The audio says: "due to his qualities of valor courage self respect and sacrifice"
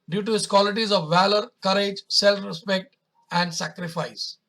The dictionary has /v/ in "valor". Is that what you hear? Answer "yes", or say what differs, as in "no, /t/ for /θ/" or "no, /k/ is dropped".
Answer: yes